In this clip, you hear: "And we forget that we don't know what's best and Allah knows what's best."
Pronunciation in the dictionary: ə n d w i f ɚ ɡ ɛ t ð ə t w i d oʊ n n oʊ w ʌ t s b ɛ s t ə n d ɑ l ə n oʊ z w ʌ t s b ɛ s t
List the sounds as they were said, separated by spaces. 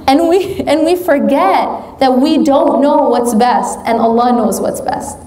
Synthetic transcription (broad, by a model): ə n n w i f ɚ ɡ ɛ t ð ə t w i d oʊ n n oʊ w ʌ t s b ɛ s t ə n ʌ l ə n oʊ z w ʌ t s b ɛ s t